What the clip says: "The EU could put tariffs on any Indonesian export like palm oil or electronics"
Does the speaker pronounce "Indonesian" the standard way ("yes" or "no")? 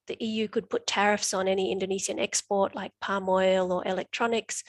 no